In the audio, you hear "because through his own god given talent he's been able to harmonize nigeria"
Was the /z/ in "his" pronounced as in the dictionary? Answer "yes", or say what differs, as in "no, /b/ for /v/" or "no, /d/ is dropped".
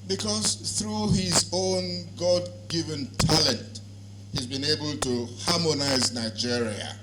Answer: yes